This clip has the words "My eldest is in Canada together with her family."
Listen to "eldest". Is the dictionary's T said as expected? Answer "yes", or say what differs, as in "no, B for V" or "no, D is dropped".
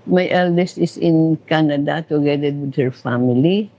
yes